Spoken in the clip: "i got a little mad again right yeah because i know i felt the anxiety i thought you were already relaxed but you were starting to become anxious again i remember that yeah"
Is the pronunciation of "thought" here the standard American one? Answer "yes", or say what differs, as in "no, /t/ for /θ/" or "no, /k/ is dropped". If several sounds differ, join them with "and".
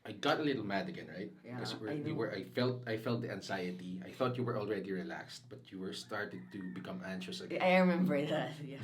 yes